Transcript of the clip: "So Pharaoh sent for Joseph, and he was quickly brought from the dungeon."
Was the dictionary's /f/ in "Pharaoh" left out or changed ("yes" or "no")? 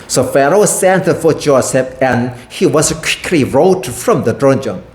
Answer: no